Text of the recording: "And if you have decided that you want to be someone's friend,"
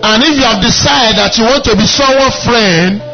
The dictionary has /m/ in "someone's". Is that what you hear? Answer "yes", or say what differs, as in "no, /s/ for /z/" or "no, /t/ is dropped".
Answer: no, /m/ is dropped